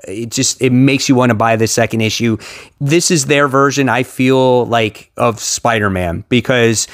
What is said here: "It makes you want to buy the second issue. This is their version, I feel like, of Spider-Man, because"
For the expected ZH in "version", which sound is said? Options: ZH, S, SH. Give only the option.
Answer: ZH